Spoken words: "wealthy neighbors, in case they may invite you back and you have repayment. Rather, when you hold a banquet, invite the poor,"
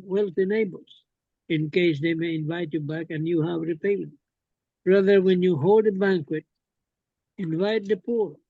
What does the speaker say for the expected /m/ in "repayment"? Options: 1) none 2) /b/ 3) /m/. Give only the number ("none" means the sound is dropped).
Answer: 1